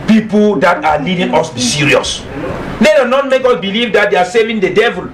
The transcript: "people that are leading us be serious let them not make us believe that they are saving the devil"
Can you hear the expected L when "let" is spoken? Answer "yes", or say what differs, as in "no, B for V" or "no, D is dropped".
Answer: no, N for L